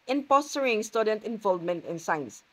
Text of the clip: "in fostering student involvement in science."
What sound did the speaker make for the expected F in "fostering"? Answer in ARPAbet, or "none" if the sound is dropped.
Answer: P